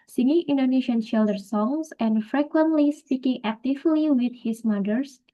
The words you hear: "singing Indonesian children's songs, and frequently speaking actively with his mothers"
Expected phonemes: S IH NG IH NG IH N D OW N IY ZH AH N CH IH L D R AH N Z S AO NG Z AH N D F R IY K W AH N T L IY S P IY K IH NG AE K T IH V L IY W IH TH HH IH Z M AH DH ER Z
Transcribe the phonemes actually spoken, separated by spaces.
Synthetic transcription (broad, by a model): S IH NG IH NG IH N D OW N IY SH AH N SH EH L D AH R S AO NG S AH N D F R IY K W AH N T L IY S P IY K IH NG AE K T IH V L IY W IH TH HH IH S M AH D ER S